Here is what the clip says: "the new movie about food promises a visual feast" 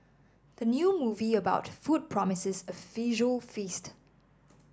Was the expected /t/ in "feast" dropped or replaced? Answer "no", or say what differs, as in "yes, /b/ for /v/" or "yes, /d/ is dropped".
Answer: no